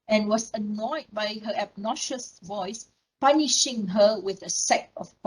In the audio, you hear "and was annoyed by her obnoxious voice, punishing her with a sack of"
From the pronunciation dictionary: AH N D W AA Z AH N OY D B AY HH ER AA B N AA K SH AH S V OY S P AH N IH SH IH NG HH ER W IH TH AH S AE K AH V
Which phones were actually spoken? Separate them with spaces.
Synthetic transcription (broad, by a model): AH N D W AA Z AH N OY D B AY HH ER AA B N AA SH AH S V OY S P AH N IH SH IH NG HH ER W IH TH AH S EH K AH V